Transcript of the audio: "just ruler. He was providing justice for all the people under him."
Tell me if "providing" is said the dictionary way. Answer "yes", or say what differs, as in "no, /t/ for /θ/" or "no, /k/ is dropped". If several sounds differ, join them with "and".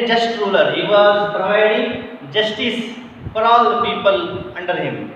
no, /v/ is dropped